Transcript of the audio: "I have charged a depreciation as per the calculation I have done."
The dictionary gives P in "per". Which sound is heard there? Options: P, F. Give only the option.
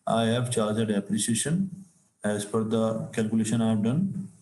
F